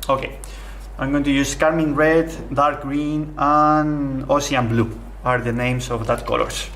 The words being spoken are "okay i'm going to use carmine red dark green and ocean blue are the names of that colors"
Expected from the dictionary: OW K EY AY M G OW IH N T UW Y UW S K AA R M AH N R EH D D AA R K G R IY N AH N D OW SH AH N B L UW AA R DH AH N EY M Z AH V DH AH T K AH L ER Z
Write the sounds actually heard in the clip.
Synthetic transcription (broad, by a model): OW K EY AY M G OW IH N T UW Y UW S K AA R M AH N R EH D D AA R K G R IY N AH N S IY AH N B L UW AA R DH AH N EY M S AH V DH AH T K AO L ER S